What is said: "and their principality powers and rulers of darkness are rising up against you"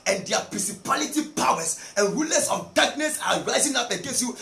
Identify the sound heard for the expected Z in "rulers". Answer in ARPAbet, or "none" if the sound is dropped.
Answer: S